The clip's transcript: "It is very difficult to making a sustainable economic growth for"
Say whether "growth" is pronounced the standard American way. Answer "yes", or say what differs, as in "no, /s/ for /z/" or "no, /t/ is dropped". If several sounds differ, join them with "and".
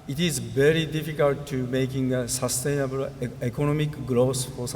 no, /s/ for /θ/